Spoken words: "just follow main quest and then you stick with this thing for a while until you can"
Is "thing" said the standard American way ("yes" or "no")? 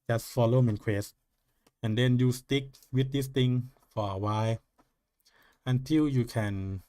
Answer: no